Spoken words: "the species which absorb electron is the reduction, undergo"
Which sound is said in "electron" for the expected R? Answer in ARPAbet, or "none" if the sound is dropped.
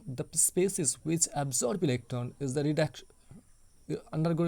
none